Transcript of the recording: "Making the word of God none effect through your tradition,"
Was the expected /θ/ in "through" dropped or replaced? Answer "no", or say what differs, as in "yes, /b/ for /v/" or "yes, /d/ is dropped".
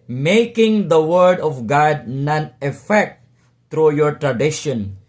yes, /t/ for /θ/